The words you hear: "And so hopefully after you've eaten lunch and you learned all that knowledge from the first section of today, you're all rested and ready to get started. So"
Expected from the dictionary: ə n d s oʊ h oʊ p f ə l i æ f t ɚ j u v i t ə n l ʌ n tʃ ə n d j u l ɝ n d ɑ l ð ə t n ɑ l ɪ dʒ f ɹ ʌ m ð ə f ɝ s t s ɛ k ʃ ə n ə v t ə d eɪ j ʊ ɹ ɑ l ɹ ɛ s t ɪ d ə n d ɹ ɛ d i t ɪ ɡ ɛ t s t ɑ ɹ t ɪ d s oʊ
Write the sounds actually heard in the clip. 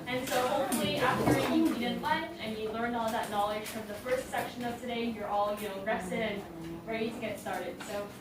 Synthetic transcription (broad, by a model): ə n s oʊ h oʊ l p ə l i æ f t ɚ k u i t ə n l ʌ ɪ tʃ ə n j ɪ l ɝ n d ɑ l ð ə t n ɑ l ɪ dʒ f ɹ ʌ m ð ə f ɝ s t s ɛ k ʃ ə n ə v t ə d eɪ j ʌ ɹ ɑ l ɹ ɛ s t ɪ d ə n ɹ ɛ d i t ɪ ɡ ɛ t s t ɑ ɹ t ɪ d s oʊ